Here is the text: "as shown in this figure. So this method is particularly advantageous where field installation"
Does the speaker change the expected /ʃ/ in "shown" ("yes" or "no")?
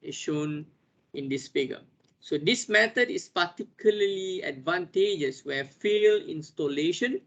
no